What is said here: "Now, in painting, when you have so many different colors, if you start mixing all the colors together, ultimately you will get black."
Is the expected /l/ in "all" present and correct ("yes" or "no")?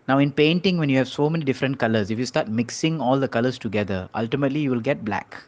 yes